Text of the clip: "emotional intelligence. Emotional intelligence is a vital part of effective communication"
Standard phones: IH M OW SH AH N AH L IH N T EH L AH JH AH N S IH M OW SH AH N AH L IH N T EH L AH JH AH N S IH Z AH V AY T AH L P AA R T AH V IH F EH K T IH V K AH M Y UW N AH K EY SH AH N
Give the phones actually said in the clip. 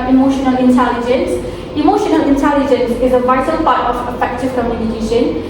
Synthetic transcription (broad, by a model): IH M OW SH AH N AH L IH N T EH L AH JH AH N S IH M OW SH AH N AH L IH N T EH L AH JH AH N S IH Z AH V AY T AH L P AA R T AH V IH F EH K T IH V K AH M Y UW N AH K EY SH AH N